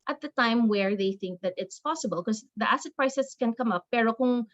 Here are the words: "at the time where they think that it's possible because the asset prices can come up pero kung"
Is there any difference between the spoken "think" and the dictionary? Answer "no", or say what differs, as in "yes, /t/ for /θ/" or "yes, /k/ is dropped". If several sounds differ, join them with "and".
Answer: no